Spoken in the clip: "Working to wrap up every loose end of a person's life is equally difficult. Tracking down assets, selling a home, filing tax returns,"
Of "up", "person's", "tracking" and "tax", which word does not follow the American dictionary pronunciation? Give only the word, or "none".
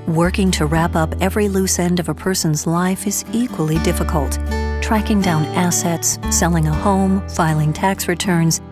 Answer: none